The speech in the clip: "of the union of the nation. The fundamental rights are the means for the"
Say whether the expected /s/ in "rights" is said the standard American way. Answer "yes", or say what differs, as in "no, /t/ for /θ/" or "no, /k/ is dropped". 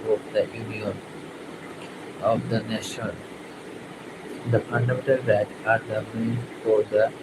no, /s/ is dropped